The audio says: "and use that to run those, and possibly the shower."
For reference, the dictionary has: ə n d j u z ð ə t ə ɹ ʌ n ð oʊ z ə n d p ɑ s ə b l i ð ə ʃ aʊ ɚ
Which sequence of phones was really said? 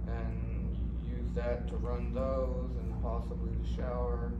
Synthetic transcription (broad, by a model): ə n j u z ð ə t ə ɹ ʌ n ð oʊ z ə n p ɑ s ə b l i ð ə ʃ aʊ ɚ